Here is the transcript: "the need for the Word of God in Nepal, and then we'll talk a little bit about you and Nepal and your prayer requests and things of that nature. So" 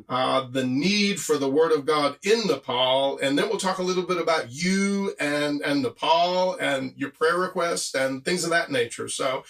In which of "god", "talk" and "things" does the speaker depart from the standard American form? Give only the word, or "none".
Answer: none